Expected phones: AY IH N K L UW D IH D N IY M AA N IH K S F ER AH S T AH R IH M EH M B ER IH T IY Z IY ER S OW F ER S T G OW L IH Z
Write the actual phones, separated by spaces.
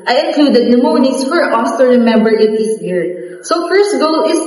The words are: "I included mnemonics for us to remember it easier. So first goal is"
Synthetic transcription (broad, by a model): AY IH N K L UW D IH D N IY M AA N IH S F ER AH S T AH R IH M EH M B ER IH T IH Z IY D S OW F ER S T G OW L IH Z